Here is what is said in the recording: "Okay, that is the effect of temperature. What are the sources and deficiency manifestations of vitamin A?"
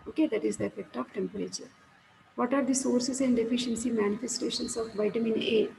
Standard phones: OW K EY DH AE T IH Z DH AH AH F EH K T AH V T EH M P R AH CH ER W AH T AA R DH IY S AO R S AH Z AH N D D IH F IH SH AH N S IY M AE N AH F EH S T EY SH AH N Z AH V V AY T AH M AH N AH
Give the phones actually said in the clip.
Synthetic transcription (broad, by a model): OW K EY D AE T IH Z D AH AH F EH K T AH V T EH M P R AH CH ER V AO T AA R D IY S AO R S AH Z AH N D D IH F IH SH AH N S IY M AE N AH F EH S T EY SH AH N S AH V V AY T AH M AH N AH